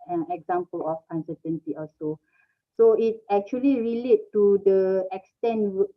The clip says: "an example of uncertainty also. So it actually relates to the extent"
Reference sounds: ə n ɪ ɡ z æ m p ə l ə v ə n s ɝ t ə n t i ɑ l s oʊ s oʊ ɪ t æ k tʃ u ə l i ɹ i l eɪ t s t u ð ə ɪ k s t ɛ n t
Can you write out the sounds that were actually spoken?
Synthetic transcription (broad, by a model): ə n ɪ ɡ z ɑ m p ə l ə f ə n s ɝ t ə n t i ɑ s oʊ s oʊ ɪ t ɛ k tʃ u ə l i ɹ i l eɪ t t u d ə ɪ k s t ɛ n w